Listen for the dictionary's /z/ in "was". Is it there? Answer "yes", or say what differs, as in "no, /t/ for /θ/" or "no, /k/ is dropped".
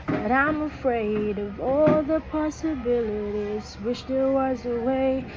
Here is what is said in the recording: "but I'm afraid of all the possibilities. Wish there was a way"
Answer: yes